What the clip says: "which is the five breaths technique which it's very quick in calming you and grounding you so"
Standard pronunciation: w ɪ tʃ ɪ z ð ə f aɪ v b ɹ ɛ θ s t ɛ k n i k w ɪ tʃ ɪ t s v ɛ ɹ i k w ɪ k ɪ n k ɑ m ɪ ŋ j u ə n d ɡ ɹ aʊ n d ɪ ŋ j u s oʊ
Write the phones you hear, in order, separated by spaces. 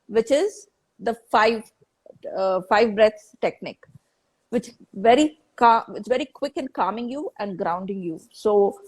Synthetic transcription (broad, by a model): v ɪ tʃ ɪ z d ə f aɪ v b ɹ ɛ t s t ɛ k n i k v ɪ tʃ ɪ t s v ɛ ɹ i k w ɪ k ɪ n k ɑ m ɪ ŋ j u ə n d ɡ ɹ aʊ n d ɪ ŋ j u s oʊ